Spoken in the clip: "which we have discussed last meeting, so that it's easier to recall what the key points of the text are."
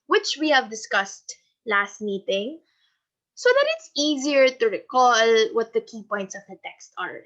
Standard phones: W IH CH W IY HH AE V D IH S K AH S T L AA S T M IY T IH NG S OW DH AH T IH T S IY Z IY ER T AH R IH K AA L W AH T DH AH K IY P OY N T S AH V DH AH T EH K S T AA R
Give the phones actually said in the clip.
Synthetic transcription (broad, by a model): W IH CH W IY HH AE V D IH S K AH S T L AA S T M IY T IH NG S OW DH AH T IH T S IY Z IY ER T AH R IH K AA L W AH T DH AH K IY P OY N T S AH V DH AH T EH K S T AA R